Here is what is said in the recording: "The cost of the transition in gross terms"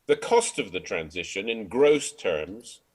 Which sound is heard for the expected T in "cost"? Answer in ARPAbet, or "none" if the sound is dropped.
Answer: T